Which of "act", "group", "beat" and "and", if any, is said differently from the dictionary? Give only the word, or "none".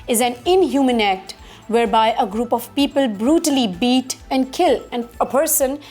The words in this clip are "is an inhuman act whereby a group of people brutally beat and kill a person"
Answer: none